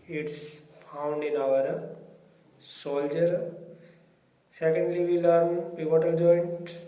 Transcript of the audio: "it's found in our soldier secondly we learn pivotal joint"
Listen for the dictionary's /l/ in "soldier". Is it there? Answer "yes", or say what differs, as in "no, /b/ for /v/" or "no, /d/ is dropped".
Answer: yes